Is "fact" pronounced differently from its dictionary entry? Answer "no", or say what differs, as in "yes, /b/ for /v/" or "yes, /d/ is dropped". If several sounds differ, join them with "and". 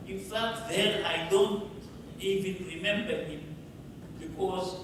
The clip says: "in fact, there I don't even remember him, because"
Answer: yes, /k/ is dropped